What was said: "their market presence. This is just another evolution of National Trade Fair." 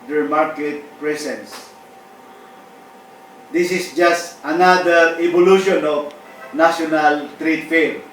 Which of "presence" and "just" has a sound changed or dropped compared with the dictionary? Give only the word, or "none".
presence